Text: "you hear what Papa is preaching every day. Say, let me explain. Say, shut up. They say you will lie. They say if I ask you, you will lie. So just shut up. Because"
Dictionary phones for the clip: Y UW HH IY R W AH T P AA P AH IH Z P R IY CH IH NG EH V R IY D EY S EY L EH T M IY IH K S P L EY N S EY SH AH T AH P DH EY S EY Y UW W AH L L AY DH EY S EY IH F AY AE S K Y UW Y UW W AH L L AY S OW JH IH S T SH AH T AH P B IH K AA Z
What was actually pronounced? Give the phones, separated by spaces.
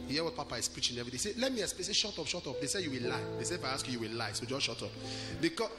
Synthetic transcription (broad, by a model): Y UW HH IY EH W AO T P AA P AH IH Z P R IY CH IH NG EH V R IY D EY S EY L EH T M IY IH S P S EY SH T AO SH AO T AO P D EY S EY Y UW W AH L L AY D EY S EY IH F AY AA S K Y UW Y UW W AH L L AY S OW JH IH SH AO T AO P B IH K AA